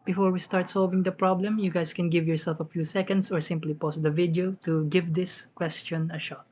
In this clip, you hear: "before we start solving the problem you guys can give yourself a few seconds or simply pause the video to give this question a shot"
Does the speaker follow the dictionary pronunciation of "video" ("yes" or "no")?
yes